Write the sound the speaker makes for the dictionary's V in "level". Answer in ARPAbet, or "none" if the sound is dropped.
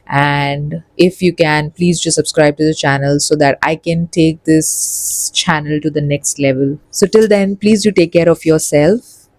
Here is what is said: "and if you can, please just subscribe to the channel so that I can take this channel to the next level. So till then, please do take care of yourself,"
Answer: V